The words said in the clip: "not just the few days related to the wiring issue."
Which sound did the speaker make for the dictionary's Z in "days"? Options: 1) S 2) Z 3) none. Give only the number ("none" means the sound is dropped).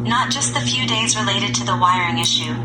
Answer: 2